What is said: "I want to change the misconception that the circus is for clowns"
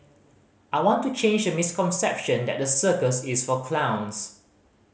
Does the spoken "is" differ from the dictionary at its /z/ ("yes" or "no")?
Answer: yes